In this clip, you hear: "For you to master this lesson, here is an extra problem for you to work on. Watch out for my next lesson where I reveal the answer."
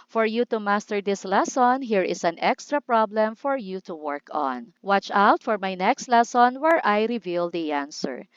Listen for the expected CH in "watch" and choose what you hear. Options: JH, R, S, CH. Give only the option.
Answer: CH